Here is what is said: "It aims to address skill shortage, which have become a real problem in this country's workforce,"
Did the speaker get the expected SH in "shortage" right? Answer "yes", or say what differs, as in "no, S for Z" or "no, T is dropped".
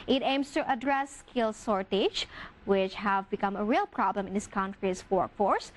no, S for SH